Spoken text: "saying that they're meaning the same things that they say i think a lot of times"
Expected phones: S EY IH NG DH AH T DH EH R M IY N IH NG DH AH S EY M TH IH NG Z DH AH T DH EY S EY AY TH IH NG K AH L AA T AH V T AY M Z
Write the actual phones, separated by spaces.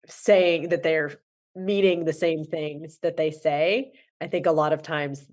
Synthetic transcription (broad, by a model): S EY IH NG DH AH T DH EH R M IY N IH NG DH AH S EY M TH IH NG Z DH AH T DH EY S EY AY TH IH NG K AH L AA T AH V T AY M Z